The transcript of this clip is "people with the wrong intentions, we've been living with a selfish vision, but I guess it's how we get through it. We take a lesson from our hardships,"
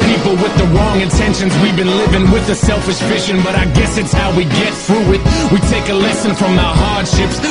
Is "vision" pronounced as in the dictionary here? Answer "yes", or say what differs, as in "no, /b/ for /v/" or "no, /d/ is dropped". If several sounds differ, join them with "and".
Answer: no, /f/ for /v/ and /ʃ/ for /ʒ/